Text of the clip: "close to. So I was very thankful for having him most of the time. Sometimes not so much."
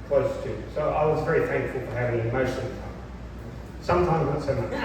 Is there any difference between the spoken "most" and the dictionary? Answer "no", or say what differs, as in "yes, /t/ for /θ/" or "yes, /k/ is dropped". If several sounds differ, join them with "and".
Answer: yes, /ʃ/ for /s/